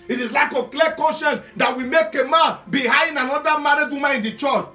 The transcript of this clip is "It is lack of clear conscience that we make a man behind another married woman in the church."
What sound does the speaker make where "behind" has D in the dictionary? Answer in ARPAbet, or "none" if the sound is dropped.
none